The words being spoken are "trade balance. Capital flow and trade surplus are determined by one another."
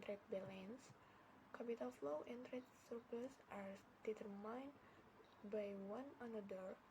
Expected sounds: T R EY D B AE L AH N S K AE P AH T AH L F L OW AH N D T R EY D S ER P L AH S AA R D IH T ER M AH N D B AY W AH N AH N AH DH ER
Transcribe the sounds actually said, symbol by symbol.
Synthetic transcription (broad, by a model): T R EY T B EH L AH N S K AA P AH T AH L F L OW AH N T R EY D S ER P AH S AA R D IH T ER M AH N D B AY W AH N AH N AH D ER